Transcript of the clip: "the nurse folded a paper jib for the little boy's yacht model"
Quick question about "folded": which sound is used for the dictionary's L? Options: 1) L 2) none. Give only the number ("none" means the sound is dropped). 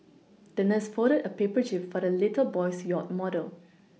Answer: 2